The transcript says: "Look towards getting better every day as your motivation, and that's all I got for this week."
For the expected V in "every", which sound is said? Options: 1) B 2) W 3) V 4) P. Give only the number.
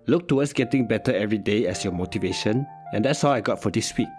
3